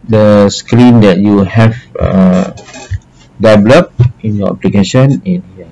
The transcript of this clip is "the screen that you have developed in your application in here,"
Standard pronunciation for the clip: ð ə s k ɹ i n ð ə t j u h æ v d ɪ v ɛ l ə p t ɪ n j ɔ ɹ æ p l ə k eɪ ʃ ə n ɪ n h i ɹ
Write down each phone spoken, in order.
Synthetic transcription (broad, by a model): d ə s k ɹ i n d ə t j u h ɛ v d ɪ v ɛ l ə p ɪ n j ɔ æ p l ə k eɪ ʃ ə n ɪ n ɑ